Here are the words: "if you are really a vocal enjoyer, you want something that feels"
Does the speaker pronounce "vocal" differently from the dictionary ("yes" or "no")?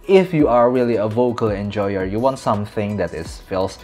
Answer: no